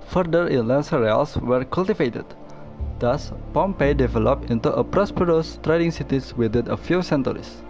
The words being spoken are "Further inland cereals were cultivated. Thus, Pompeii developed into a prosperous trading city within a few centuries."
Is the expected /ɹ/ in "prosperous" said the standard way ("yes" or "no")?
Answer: yes